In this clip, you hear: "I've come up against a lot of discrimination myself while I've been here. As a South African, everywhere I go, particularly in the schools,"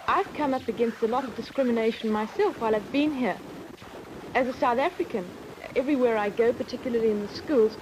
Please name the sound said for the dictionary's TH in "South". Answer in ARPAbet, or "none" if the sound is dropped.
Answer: TH